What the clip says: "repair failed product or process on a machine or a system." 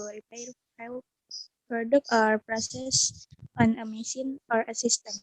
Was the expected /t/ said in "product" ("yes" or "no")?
no